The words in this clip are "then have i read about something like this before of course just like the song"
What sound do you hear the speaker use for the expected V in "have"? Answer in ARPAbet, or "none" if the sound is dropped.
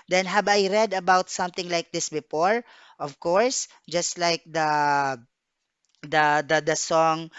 B